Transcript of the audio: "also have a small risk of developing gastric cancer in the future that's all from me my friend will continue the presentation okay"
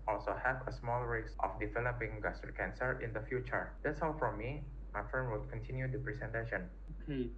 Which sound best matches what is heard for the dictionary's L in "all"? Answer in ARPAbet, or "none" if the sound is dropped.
W